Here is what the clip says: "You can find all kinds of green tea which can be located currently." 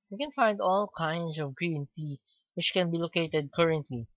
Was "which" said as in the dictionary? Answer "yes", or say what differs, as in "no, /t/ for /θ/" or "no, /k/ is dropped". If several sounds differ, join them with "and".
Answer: yes